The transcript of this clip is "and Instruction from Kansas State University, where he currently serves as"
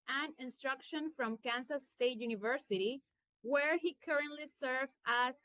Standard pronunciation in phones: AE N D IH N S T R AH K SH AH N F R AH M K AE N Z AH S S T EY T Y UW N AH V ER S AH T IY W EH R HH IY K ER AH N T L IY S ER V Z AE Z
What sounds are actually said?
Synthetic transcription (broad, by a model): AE N IH N S T R AH K SH AH N F R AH M K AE N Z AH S S T EY T Y UW N AH V ER S AH T IY W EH R HH IY K ER AH N T L IY S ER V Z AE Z